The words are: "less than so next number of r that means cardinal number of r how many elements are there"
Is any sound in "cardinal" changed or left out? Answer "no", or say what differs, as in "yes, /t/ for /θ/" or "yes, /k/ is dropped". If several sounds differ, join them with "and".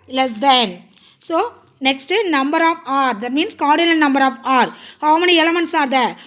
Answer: yes, /l/ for /n/ and /n/ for /l/